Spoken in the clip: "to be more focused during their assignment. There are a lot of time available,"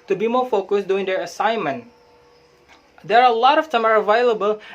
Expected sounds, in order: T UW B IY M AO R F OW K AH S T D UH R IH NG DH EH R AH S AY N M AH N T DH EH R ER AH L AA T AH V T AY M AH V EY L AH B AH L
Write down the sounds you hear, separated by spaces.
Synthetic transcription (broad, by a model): T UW B IY M AO R F OW K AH S D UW IH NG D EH R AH S AY N M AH N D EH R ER AH L AA T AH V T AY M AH V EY L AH B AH L